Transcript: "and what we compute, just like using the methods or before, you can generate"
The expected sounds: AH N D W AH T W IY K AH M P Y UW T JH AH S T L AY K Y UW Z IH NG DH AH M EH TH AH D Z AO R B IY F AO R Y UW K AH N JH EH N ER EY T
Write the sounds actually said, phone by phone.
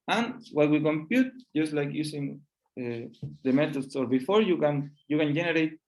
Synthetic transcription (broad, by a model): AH N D W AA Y W IY K AH M P Y UW T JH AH S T L AY K Y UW S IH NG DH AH M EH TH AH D S AO R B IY F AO R Y UW K AH N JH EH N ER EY T